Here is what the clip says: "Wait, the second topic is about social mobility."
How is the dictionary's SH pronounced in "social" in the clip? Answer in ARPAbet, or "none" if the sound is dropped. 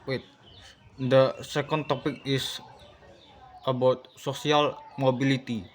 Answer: S